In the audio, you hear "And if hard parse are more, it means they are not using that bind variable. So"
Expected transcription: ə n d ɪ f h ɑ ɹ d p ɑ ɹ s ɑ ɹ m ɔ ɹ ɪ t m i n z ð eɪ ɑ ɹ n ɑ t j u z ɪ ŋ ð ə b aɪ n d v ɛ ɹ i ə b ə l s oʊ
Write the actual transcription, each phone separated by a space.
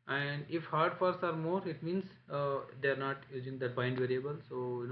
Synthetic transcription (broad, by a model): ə n d ɪ f h ɑ ɹ d f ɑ ɹ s ɑ ɹ m ɔ ɹ ɪ t m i n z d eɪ ɑ ɹ n ɑ t j u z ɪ ŋ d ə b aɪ n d v ɛ ɹ i ə b ə l s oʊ